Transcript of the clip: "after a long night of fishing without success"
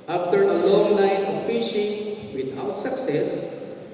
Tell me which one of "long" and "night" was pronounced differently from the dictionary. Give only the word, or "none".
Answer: night